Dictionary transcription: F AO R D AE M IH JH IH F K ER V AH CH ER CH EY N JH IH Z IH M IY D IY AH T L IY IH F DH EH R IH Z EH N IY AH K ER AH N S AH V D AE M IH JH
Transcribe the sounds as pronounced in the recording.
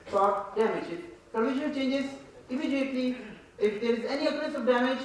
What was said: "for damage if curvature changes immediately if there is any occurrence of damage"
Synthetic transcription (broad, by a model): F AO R D AE M IH JH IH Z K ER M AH SH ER CH EY N JH IH Z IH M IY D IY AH T L IY IH F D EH R IH Z EH N IY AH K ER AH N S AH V D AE M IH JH